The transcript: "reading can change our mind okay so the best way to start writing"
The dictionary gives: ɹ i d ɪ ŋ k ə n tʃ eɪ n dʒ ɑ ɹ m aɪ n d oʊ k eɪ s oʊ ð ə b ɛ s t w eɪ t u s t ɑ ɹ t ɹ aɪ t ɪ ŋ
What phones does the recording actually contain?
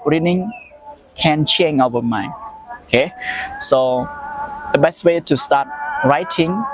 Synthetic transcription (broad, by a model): ɹ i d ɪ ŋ k ə n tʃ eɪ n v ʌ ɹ m aɪ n oʊ k eɪ s oʊ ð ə b ɛ s t w eɪ t u s t ɑ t ɹ aɪ t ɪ ŋ